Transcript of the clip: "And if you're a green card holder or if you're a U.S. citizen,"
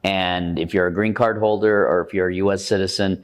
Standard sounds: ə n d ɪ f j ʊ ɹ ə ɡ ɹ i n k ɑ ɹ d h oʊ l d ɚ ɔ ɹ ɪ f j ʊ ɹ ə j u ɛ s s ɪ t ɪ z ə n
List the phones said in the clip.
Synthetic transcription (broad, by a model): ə n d ɪ f j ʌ ɹ ə ɡ ɹ i n k ɑ ɹ d h oʊ l d ɚ ɔ ɹ ɪ f j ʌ ɹ ə j u ɛ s s ɪ t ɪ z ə n